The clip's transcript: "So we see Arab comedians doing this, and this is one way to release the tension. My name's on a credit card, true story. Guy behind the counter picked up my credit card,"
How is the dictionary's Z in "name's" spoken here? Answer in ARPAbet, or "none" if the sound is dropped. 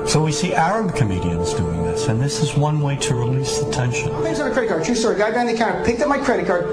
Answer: none